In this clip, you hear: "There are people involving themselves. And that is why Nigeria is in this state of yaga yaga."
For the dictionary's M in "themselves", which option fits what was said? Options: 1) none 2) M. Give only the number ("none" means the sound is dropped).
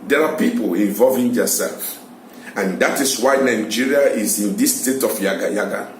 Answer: 1